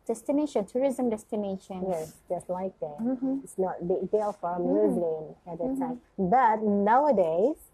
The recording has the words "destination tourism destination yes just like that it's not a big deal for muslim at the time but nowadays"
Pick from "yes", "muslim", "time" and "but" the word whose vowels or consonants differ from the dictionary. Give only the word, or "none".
muslim